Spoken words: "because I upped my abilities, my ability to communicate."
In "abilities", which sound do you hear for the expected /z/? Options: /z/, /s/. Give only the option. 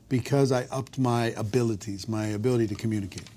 /z/